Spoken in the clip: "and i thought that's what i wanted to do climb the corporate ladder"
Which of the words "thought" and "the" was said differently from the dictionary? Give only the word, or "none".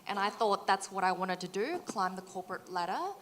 none